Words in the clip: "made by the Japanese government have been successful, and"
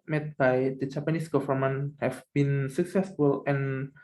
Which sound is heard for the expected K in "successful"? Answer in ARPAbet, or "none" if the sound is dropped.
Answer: K